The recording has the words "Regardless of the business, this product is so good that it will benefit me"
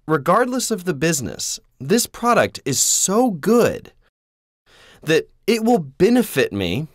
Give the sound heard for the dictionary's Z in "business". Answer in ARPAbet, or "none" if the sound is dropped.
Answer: Z